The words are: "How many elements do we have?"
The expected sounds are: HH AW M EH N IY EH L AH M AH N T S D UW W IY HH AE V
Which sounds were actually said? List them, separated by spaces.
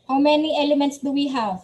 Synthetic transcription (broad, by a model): HH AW M EH N IY EH L AH M AH N T S D UW W IY HH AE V